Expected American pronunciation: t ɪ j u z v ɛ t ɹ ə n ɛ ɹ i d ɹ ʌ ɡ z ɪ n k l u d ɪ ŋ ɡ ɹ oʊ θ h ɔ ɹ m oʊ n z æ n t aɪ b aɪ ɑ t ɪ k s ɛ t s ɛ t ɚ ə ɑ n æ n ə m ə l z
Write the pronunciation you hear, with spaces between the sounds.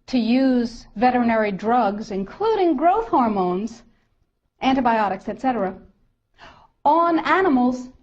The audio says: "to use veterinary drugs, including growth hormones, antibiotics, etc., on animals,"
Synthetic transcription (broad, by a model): t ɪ j u z v ɛ t ɹ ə n ɛ ɹ i d ɹ ʌ ɡ z ɪ n k l u d ɪ ŋ ɡ ɹ oʊ θ h ɔ ɹ m oʊ n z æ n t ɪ b aɪ ɑ t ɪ k s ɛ t s ɛ t ɚ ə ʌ n æ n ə m l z